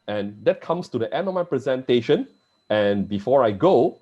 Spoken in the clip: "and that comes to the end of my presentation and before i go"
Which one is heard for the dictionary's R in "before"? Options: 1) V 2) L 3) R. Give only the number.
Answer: 3